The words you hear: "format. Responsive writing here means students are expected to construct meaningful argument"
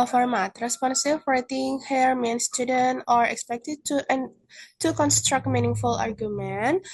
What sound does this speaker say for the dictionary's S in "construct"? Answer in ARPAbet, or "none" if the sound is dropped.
S